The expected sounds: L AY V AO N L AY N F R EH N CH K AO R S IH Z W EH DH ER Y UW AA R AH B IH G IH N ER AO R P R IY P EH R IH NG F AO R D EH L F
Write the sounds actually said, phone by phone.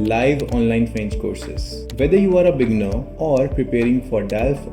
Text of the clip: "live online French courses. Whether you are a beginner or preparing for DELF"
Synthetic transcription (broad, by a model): L AY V AO N L AY N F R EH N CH K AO R S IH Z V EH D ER Y UW AA R AH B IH G N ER AO R P R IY P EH R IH NG F AO R D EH L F